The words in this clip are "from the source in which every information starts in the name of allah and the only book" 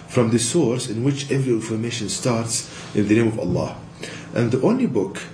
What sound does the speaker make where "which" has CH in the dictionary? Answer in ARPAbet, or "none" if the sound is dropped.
CH